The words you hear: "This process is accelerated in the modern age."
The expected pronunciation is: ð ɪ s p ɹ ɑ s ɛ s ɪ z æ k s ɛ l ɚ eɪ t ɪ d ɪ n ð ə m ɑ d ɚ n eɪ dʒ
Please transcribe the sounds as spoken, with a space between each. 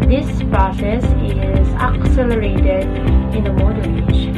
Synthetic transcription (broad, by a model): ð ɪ s p ɹ ɑ s ɛ s ɪ z æ k s ɛ l ɚ eɪ t ɪ d ɪ n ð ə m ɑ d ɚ eɪ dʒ